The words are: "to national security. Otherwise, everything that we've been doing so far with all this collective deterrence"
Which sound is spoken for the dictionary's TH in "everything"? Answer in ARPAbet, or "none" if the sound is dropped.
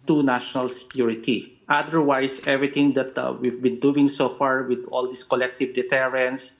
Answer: T